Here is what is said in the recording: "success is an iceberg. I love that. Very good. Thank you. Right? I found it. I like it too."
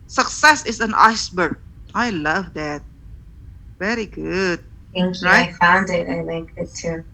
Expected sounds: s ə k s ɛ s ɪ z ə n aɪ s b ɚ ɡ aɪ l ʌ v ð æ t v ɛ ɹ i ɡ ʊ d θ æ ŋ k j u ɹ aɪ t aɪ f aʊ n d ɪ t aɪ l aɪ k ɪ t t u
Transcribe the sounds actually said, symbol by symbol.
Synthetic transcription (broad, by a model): s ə k s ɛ s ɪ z ə n aɪ s b ɚ ɡ aɪ l ʌ v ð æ t v ɛ ɹ i ɡ ʊ d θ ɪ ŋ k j ɹ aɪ aɪ f aʊ n d ɪ t aɪ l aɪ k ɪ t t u